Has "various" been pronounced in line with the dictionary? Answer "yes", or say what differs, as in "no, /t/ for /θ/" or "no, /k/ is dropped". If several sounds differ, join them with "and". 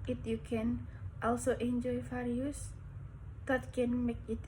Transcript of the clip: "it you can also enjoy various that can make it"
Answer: no, /f/ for /v/